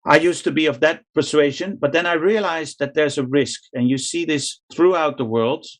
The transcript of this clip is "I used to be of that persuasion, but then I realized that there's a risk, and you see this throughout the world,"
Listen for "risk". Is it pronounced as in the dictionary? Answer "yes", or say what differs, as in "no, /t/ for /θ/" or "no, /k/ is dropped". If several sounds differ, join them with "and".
yes